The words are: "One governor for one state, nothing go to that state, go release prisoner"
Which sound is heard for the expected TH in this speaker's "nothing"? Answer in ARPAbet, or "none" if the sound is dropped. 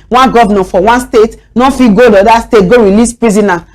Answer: F